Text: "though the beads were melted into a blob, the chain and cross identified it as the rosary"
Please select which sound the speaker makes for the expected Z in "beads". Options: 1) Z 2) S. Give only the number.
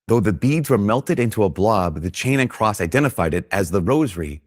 1